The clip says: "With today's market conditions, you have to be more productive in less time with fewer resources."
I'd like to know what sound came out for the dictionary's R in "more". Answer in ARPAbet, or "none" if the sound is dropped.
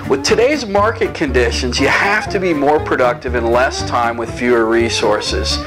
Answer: R